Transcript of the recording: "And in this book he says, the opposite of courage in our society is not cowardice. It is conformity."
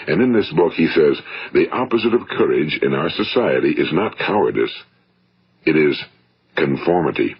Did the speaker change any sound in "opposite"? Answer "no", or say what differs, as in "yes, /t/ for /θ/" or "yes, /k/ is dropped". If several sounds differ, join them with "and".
no